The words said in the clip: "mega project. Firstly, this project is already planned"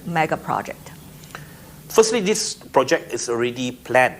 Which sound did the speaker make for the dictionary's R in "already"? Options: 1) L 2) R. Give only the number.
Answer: 2